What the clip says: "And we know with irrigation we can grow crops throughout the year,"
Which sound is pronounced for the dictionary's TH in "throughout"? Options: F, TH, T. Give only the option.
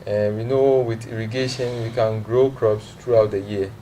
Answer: T